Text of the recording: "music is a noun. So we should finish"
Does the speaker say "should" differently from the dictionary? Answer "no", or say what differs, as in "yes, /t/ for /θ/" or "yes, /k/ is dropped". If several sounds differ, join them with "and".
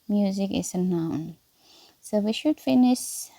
no